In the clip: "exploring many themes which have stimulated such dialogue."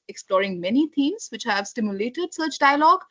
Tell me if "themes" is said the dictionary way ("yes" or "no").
no